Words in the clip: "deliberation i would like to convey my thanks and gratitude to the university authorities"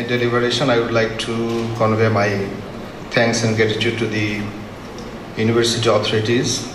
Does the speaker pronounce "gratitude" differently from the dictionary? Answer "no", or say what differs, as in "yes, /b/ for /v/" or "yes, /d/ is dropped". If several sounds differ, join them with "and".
yes, /ɹ/ is dropped